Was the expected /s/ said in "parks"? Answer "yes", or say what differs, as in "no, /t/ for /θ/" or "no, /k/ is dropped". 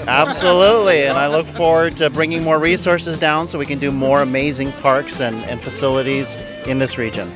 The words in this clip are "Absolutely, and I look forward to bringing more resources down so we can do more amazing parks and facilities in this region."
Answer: yes